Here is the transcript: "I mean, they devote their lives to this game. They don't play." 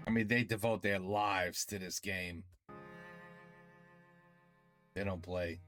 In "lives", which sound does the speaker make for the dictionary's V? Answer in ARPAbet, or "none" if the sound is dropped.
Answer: V